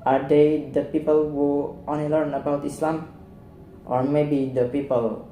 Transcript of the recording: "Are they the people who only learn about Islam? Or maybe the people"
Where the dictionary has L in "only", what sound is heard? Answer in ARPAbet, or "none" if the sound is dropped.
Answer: none